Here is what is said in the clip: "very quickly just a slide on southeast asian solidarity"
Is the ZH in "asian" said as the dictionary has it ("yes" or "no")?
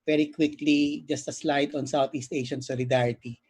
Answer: no